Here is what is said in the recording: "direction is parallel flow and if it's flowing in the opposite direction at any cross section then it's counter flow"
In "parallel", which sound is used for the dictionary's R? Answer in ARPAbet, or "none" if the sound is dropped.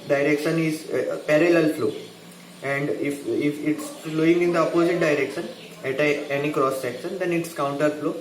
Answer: R